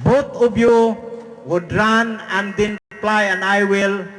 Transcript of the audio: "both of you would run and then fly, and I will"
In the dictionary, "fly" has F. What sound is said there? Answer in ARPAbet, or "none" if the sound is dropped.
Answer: P